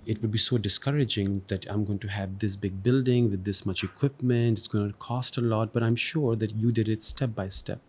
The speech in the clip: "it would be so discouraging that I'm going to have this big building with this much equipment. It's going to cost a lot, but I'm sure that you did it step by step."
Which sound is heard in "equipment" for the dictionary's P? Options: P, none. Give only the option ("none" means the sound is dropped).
P